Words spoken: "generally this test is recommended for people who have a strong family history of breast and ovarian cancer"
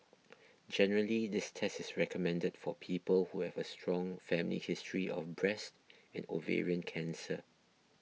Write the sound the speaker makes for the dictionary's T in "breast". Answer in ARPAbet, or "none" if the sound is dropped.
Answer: T